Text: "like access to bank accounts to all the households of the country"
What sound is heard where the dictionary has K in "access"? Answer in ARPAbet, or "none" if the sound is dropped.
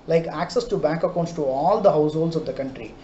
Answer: K